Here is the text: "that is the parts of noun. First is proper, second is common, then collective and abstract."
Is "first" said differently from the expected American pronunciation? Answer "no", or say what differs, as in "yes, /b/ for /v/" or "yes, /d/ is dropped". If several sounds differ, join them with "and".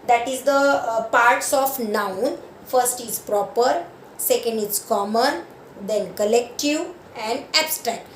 no